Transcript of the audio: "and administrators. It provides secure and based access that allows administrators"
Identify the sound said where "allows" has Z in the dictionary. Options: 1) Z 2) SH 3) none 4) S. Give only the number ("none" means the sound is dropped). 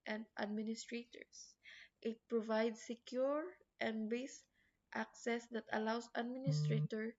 4